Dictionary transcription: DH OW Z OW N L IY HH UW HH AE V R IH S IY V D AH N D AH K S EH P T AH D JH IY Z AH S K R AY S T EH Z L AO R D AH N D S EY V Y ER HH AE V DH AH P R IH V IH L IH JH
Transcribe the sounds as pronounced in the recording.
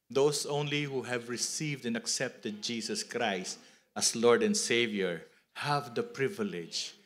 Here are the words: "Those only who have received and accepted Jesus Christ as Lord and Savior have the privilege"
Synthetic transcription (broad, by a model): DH OW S OW N L IY HH UW HH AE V R IH S IY V D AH N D AH K S EH P T AH D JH IY S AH S K R AY S T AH S L AO R D AH N D S EY V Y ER HH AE V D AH P R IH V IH L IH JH